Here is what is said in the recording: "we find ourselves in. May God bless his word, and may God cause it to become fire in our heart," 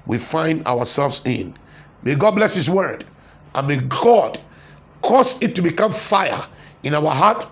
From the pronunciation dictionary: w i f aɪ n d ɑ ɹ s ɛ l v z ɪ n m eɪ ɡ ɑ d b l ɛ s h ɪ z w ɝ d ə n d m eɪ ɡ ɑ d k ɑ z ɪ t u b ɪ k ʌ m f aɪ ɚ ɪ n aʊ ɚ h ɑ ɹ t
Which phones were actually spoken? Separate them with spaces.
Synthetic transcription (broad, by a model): w i f aɪ n d ɑ w s ɛ l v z ɪ n m eɪ ɡ ɑ d b l ɛ s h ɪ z w ɝ d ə n m eɪ ɡ ɑ d k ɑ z ɪ t u b ɪ k ʌ m f aɪ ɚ ɪ n aʊ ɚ h ɑ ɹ t